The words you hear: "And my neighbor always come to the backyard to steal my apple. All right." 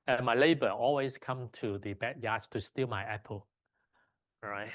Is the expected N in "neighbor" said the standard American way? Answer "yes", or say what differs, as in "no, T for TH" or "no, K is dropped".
no, L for N